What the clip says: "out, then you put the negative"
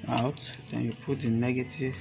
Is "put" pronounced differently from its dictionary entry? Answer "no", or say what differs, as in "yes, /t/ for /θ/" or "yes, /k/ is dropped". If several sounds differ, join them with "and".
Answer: no